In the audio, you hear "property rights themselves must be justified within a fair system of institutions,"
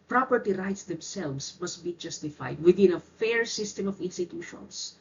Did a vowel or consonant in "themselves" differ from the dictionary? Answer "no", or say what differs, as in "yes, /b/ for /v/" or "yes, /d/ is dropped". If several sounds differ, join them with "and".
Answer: yes, /s/ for /z/